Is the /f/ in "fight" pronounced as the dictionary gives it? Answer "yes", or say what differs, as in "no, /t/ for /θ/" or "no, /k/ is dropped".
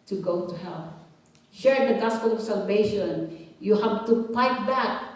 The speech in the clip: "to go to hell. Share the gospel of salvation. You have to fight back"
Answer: no, /p/ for /f/